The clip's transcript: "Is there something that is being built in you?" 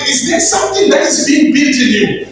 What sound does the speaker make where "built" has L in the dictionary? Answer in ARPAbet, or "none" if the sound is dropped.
none